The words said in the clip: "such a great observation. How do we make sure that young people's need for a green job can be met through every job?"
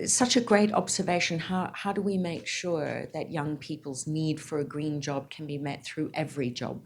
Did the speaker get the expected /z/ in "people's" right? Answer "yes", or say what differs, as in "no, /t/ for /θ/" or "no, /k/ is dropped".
yes